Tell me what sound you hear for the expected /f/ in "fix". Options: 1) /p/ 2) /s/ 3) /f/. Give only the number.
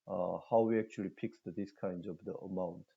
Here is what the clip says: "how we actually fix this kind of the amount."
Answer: 1